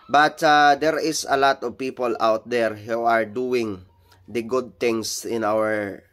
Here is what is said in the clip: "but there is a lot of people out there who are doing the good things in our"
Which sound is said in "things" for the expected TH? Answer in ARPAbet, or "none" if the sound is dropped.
T